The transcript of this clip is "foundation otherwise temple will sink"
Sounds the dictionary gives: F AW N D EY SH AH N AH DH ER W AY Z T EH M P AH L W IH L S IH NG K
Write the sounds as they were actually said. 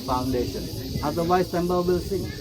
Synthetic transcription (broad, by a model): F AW N D EY SH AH N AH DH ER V AY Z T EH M B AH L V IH L S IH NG